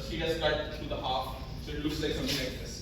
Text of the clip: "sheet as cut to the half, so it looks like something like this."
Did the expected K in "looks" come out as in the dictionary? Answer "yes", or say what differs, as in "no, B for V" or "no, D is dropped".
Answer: no, K is dropped